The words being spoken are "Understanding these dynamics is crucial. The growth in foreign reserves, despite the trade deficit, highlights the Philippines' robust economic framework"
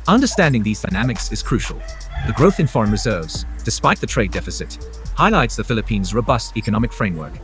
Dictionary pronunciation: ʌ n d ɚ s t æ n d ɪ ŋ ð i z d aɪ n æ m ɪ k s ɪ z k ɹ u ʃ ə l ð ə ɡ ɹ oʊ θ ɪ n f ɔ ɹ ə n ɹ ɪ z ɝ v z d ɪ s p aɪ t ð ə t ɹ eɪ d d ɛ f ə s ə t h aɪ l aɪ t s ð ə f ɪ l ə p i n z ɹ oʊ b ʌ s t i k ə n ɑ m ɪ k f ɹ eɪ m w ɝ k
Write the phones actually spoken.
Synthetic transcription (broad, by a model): ʌ n d ɚ s t æ n d ɪ ŋ ð i z d aɪ n æ m ɪ k s ɪ z k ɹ u ʃ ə l ð ə ɡ ɹ oʊ θ ɪ n f ɔ ɹ ə n ɹ ɪ z ɝ v z d ɪ s p aɪ t ð ə t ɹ eɪ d d ɛ f ə s ə t h aɪ l aɪ t s ð ə f ɪ l ə p i n z ɹ oʊ b ʌ s t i k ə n ɑ m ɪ k f ɹ eɪ m w ɝ k